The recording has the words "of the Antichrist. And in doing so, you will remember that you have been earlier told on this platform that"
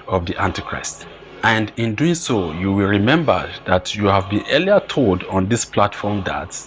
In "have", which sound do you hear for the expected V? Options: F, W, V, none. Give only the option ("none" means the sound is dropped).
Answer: V